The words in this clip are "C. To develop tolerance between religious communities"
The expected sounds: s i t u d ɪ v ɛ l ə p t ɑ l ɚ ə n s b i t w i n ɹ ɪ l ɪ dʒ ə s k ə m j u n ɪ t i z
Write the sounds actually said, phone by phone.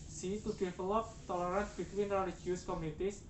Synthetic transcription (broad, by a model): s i t u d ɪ f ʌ l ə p t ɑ l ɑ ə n b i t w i n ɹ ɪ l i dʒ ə s k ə m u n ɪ t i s